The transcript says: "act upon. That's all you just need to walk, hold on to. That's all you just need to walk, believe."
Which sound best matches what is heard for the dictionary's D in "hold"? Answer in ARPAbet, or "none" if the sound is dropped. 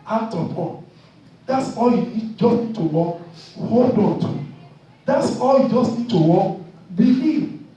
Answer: D